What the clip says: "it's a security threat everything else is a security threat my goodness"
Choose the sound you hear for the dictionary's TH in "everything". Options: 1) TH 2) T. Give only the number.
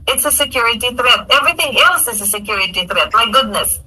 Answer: 1